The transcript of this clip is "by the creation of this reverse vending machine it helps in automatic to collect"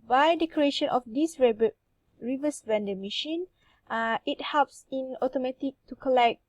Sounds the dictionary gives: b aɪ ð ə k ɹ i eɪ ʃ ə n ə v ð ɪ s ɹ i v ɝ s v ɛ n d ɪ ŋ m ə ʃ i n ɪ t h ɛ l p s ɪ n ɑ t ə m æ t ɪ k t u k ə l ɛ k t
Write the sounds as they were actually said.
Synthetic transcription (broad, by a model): b aɪ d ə k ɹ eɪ ʃ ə n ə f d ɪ s ɹ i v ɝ s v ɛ n d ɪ m ə ʃ i n ɪ t h ɛ l p s ɪ n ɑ t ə m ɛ t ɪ k t u k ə l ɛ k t